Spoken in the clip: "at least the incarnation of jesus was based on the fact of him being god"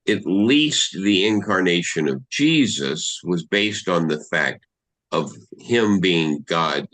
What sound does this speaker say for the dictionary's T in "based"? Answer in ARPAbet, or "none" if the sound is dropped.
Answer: T